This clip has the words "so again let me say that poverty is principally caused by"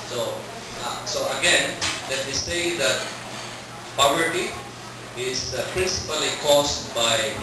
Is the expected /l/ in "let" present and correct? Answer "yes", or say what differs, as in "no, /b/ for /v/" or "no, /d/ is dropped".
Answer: yes